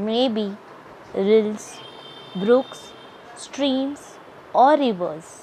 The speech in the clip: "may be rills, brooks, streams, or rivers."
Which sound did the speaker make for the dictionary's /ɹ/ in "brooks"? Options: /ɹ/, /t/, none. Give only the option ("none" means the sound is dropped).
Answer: /ɹ/